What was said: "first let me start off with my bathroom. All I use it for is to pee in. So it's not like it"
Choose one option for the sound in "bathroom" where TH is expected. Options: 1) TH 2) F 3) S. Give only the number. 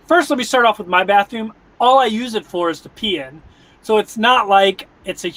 1